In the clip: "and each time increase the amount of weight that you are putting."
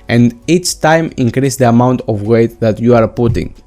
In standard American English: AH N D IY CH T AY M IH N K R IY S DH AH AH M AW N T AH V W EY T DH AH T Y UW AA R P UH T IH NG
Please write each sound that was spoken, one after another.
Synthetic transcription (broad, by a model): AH N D IY CH T AY M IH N K R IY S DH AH AH M AW N T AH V W EY T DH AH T Y UW AA R P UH T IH NG